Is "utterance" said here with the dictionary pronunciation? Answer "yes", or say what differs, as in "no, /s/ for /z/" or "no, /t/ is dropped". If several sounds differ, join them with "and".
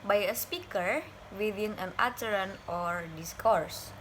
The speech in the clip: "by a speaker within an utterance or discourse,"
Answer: no, /s/ is dropped